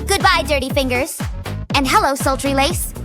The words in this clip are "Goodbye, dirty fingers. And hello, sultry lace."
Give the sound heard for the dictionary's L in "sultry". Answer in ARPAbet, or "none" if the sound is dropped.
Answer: L